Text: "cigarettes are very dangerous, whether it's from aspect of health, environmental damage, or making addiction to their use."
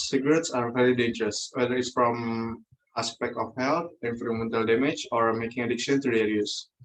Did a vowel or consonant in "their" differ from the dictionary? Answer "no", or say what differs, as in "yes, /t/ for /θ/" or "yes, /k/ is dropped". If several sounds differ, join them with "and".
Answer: yes, /l/ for /ɹ/